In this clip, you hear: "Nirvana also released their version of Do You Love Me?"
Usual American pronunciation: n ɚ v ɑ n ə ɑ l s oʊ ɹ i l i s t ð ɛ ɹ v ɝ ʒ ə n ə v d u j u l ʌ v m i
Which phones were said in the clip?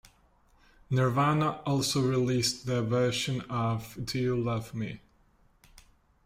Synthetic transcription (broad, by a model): n ɚ v ɑ n ə ɑ l s oʊ ɹ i l i s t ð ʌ v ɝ ʃ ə n ə v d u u l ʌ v m i